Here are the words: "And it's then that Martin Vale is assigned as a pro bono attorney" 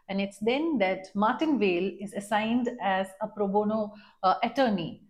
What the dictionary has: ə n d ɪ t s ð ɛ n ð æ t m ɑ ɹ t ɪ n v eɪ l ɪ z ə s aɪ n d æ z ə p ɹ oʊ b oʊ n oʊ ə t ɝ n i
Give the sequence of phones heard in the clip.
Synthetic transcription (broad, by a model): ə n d ɪ t s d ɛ n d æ t m ɑ ɹ t ɪ n v eɪ l ɪ z ə s aɪ n d æ z ə p ɹ oʊ b oʊ n oʊ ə t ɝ n i